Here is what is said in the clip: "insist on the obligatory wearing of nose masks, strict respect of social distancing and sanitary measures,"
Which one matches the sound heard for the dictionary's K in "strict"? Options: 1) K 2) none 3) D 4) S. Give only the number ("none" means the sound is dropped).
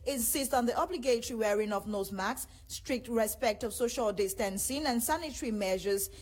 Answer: 1